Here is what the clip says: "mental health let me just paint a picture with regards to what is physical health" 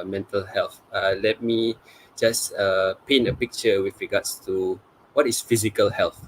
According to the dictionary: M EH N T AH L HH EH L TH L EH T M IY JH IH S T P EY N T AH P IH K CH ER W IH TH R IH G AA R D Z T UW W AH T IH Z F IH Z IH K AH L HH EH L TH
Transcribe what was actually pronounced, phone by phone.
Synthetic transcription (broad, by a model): M EH N T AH L HH EH L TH L EH T M IY JH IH S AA P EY N AH P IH K CH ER W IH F R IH G AA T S T UW W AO T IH S F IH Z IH K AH L HH EH L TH